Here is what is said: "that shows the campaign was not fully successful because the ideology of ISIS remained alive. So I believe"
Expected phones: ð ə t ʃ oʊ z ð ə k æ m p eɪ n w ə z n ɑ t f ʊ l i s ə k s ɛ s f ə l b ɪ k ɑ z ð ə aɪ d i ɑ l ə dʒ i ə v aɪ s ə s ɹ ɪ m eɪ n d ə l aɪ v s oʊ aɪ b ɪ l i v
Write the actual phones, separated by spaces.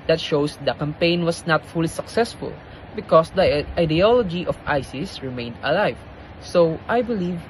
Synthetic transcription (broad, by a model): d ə t ʃ oʊ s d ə k æ m p eɪ n w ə s n ɑ t f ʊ l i s ə k s ɛ s f ə l b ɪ k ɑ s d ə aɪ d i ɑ l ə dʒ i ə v aɪ s ə s ɹ ɪ m eɪ n d ə l aɪ v s oʊ aɪ b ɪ l i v